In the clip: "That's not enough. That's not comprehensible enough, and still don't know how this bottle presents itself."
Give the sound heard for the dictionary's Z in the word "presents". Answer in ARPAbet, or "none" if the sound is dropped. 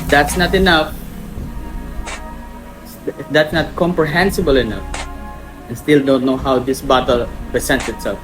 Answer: S